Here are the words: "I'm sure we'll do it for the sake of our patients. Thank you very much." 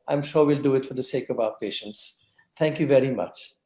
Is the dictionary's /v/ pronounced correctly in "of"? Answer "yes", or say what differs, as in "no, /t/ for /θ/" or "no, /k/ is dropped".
yes